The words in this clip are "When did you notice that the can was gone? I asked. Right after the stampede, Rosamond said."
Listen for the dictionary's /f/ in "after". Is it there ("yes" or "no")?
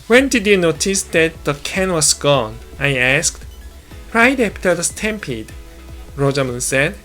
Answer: no